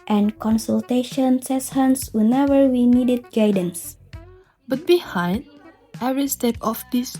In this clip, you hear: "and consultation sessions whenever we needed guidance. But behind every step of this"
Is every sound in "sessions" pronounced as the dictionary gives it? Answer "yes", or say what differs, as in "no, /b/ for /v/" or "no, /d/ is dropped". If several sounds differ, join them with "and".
no, /s/ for /ʃ/ and /s/ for /z/